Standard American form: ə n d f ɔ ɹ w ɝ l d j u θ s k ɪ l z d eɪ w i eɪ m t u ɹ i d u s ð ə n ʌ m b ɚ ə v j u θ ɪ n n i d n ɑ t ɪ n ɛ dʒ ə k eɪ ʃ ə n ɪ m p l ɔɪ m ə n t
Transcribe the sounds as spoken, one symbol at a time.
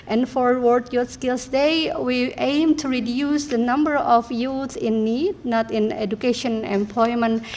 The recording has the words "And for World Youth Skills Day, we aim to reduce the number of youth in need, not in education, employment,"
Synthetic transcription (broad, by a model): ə n f ɔ ɹ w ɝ d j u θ s k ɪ l s d eɪ w i eɪ m t u ɹ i d u s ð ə n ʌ m b ɚ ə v j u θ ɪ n n i d n ɑ t ɪ n ɛ dʒ ə k eɪ ʃ ə n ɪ m p l ɔɪ m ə n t